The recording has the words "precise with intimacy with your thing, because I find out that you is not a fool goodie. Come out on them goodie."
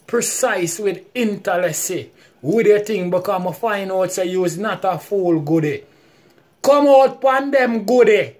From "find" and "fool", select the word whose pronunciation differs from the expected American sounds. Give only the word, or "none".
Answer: find